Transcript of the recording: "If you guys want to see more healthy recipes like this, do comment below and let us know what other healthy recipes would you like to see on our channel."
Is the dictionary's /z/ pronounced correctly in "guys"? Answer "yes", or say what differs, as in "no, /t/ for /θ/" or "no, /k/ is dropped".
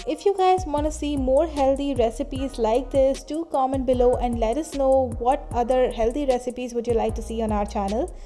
yes